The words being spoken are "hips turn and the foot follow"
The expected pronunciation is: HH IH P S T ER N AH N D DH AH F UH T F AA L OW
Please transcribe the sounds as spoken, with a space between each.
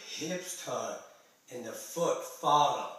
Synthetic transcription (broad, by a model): HH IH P S T ER AH N DH AH F UH T F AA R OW